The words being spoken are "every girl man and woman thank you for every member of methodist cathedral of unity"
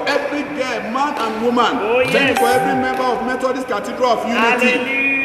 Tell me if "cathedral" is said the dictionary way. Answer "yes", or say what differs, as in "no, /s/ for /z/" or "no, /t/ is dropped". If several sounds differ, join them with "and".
no, /t/ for /θ/